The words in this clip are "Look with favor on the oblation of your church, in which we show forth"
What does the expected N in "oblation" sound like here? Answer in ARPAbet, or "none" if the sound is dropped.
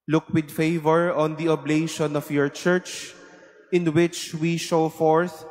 N